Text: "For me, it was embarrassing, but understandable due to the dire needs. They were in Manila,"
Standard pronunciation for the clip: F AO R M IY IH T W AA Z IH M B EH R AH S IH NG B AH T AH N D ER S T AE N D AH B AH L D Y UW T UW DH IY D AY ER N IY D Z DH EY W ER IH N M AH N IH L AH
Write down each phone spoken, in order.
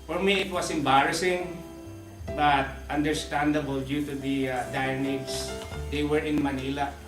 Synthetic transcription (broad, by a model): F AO R M IY IH T W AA S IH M B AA R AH S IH NG B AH T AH N D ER S T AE N D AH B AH L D Y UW T UW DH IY D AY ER N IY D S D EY W ER IH N M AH N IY L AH